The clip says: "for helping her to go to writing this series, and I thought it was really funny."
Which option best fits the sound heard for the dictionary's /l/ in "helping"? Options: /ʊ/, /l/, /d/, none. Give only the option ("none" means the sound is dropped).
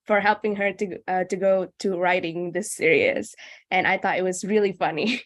/l/